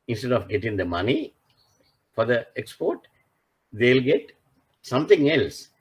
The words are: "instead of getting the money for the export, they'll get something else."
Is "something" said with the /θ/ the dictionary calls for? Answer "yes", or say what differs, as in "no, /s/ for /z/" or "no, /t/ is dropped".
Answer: no, /t/ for /θ/